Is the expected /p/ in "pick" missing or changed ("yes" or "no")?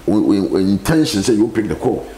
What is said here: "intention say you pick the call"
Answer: no